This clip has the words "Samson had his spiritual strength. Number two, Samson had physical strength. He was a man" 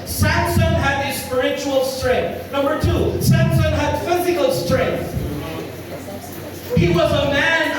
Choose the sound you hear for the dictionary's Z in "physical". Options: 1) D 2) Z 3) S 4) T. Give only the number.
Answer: 2